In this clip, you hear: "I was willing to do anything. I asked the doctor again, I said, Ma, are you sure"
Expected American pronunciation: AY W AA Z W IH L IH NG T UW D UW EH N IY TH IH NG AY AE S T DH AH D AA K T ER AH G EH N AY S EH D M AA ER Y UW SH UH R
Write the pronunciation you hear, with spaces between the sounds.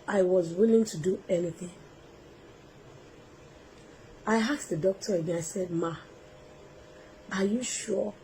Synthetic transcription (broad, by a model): AY W AA Z W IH L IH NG T UW D UW EH N IY TH IH NG AY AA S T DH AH D AA K T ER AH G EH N AY S EH D M AA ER Y UW SH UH